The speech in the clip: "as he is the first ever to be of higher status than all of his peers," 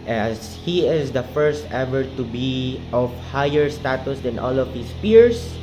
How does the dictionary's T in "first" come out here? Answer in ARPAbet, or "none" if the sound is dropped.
T